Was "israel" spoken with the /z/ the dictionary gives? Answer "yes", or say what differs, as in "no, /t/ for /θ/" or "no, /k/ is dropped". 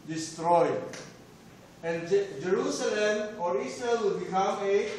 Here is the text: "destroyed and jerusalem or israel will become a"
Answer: no, /s/ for /z/